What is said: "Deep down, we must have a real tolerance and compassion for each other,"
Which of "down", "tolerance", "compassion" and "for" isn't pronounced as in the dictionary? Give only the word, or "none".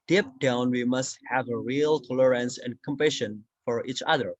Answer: none